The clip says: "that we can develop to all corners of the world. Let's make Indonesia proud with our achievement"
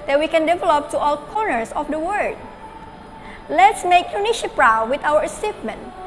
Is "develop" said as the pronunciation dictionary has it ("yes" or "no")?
yes